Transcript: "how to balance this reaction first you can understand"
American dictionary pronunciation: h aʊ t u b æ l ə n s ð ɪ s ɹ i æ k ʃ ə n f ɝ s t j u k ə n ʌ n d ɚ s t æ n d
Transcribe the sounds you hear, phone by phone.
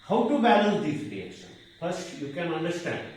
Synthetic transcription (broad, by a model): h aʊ t u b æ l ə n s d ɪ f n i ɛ ʃ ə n p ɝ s j u k ə n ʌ n d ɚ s t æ n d